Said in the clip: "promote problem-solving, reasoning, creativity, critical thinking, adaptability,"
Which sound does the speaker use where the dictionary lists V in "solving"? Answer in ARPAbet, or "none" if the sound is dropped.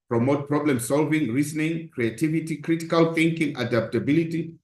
V